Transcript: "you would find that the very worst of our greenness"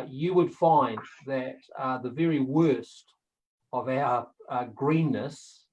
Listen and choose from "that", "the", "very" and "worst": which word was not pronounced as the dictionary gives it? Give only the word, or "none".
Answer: none